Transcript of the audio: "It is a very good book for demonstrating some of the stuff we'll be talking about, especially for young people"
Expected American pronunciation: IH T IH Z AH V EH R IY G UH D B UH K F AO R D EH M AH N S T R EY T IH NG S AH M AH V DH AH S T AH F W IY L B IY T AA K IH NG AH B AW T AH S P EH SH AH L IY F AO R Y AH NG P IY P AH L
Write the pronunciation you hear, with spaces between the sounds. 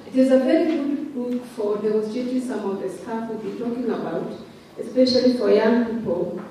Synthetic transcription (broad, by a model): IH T IH Z AH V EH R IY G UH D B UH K F AO R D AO AH S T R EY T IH S AH M AH V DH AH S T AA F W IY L B IY T AA K IH NG AH B AW T AH S P EH SH AH L IY F AO R Y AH NG P IY P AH L